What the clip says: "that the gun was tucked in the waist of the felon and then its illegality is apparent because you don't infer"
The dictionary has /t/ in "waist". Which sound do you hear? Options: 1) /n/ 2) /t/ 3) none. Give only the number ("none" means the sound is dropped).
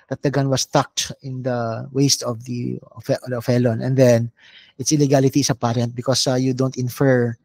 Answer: 2